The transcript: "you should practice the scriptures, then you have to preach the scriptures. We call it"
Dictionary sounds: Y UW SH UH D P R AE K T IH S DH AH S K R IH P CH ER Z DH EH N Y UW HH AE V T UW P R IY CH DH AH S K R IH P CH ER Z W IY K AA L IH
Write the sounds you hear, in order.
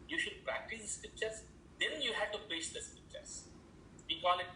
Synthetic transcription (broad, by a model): Y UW SH UH D P R AE K T IH S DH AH S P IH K CH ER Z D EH N Y UW HH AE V T UW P EH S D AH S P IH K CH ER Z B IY K AA L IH